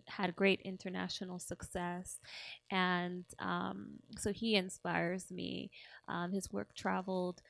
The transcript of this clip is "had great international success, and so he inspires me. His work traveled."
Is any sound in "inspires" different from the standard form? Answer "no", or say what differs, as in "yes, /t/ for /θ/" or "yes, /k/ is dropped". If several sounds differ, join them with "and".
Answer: no